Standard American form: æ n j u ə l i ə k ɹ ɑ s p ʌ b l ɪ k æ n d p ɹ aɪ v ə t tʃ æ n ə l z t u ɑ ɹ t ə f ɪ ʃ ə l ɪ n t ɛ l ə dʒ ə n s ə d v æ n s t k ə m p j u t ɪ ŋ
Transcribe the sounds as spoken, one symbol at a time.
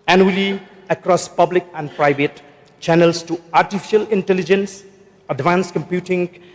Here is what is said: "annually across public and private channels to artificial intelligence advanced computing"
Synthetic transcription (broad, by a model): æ n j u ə l i ə k ɹ ɑ s p ʌ b l ɪ k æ n d p ɹ aɪ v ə t tʃ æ n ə l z t u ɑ ɹ t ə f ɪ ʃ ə l ɪ n t ɛ l ə dʒ ə n s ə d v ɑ n s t k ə m p j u t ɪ ŋ